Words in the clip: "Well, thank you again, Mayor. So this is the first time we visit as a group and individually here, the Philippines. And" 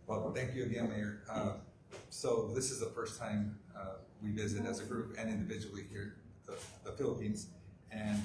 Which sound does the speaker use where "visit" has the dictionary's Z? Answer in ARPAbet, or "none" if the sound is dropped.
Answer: Z